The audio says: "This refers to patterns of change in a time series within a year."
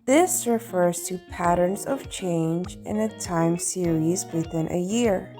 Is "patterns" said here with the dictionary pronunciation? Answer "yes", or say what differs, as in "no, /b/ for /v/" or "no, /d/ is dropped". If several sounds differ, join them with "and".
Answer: yes